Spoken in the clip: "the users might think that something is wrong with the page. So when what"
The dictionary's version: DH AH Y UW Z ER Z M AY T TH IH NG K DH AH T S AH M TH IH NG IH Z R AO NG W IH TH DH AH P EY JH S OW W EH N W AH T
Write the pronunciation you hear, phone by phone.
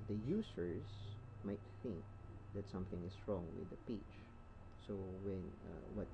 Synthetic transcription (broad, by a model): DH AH Y UW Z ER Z M AY T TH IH NG K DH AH T S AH M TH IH NG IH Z R AO NG W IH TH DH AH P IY CH S OW W EH N W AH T